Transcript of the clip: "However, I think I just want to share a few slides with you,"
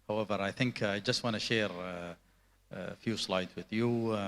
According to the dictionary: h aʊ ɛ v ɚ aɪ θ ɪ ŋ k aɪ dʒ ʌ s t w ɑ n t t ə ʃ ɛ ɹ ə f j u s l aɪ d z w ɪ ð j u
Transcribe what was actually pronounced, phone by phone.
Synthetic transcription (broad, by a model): h aʊ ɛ v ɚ aɪ θ ɪ ŋ k aɪ dʒ ʌ s t w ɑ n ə ʃ ɛ ɹ f j u s l aɪ d z w ɪ ð j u